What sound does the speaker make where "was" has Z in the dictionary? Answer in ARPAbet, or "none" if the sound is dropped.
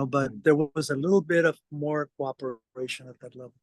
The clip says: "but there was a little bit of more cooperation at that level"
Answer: Z